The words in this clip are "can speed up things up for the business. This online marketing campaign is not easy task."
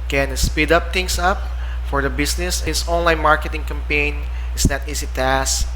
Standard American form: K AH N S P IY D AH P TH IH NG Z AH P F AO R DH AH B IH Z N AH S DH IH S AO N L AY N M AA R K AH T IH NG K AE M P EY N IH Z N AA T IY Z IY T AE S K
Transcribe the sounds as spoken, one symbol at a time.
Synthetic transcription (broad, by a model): K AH N S P IY D AH P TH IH NG S AH P F AO R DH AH B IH S N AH S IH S AO N L AY N M AA R K AH T IH NG K AE M P EY N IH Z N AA T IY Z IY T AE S